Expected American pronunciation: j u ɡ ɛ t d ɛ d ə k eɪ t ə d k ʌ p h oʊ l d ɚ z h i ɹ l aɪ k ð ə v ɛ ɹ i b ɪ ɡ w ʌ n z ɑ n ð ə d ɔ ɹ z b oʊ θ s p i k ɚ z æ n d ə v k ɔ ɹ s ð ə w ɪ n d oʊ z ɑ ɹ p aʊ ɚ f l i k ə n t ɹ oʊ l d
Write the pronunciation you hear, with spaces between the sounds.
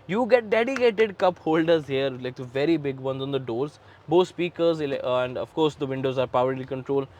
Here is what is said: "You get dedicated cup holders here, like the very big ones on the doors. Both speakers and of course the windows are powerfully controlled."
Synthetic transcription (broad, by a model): j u ɡ ɛ t d ɛ d ə k eɪ t ə d k ʌ p h oʊ l d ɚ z h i ɹ l aɪ k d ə v ɛ ɹ i b ɪ ɡ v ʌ n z ɑ n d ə d ɔ ɹ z b oʊ t s p i k ɚ z æ n d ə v k ɔ ɹ s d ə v ɪ n d oʊ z ɑ ɹ p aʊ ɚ l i k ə n t ɹ oʊ l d